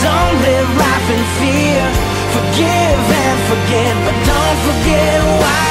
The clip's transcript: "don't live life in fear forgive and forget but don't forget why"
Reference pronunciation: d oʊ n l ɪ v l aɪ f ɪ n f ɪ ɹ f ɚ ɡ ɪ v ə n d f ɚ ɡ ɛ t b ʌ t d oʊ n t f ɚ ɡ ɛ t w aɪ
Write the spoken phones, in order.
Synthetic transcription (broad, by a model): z oʊ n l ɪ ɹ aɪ p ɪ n f ɪ ɹ f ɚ ɡ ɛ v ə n f ɚ ɡ ɛ t b ʌ t d oʊ n t f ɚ ɡ ɛ w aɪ